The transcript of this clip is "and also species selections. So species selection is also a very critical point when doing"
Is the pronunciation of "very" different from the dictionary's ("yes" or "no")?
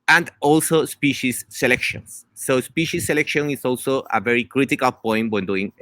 no